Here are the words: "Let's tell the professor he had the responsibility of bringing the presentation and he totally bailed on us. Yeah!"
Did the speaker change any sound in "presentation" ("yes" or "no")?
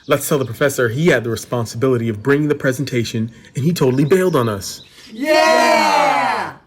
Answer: no